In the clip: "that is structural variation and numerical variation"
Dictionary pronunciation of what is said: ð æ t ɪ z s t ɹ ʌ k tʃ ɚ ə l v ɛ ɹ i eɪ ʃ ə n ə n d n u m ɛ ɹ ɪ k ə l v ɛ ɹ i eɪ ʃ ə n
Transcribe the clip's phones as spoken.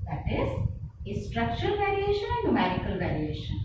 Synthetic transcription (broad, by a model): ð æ t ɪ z s t ɹ ʌ k tʃ ɚ ə l v ɛ ɹ i eɪ ʃ ə n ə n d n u m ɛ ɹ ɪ k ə l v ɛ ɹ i eɪ ʃ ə n